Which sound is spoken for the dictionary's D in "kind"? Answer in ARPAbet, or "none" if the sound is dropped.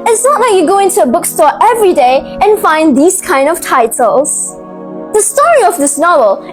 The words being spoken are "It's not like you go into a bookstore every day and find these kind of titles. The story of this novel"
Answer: D